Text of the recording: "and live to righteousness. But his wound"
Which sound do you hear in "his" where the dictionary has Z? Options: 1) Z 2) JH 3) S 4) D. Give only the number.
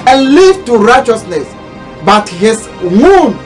3